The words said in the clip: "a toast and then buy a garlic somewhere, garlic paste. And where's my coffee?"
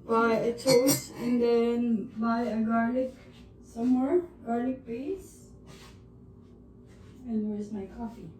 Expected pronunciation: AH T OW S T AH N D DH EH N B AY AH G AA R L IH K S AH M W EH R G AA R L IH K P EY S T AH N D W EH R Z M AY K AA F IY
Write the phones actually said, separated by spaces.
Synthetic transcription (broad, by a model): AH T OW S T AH N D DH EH N B AY AH G AA R L IH K S AH M W EH R G AA R L IH K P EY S AH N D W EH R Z M AY K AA F IY